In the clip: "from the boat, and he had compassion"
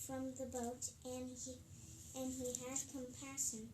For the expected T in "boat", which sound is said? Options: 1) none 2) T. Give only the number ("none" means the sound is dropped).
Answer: 2